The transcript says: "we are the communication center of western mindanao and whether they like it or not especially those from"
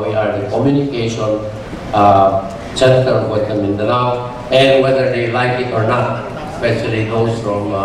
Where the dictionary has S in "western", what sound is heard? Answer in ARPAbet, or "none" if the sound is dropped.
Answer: none